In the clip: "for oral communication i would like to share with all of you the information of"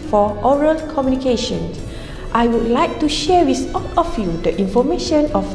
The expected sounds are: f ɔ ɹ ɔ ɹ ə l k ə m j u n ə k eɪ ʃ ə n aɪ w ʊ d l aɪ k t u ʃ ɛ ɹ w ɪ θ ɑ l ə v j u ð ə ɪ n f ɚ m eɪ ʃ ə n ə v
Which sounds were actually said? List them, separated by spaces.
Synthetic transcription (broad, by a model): f ɔ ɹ ɔ ɹ ə l k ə m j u n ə k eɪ ʃ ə n aɪ w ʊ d l aɪ k t u ʃ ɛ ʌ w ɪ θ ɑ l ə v j u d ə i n f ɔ m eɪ ʃ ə n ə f